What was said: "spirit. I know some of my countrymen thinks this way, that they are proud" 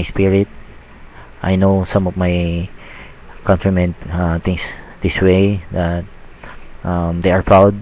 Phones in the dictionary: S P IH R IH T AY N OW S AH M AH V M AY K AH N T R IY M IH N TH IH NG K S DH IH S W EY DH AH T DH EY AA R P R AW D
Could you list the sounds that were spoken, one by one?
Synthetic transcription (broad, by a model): S P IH R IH T AY N OW S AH M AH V M AY K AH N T R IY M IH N T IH NG S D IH S W EY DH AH T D EY AA R P R AW D